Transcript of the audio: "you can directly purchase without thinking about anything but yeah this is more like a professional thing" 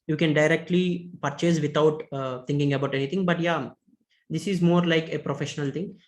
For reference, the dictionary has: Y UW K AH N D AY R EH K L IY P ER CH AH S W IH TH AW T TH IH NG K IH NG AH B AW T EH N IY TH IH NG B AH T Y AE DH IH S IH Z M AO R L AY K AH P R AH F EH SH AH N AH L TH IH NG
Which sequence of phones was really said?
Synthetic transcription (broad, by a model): Y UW K AH N D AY R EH K L IY P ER CH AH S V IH T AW T T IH NG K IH NG AH B AW T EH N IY T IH NG B AH T Y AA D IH S IH Z M AO R L AY K AH P R AH F EH SH AH N AH L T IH NG